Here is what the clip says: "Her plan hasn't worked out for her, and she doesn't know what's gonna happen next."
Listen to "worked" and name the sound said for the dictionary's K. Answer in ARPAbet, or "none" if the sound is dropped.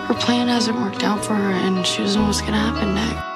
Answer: K